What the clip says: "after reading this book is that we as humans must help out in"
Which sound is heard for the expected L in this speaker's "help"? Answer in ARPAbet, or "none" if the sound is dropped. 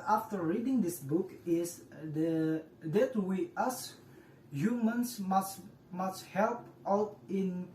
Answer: L